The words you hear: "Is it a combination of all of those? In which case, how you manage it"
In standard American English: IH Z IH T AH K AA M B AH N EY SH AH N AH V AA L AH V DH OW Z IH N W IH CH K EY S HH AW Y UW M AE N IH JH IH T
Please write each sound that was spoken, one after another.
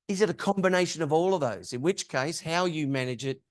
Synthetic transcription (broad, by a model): IH Z IH T AH K AA M B AH N EY SH AH N AH V AA L AH V DH OW Z IH N W IH CH K EY S HH AW Y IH M AE N IH JH IH T